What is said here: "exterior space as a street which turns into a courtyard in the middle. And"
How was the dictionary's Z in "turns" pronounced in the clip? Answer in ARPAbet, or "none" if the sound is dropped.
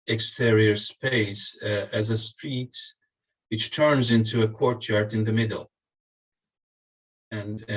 Z